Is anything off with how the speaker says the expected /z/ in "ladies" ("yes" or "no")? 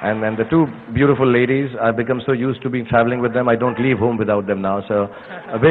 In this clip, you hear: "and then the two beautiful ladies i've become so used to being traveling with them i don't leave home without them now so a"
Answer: no